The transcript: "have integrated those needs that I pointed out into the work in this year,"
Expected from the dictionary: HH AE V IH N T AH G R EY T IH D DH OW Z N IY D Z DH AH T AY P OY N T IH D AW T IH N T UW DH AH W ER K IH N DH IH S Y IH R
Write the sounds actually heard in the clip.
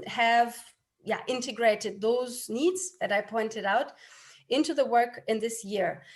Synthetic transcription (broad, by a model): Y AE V IH N T AH G R EY T IH D DH OW Z N IY D Z DH AH T AY P OY N T IH D AW T IH N T UW DH AH W ER K IH N DH IH S Y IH R